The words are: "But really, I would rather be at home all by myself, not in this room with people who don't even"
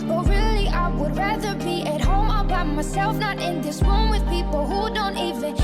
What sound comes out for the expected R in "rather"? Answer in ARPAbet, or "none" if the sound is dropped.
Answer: R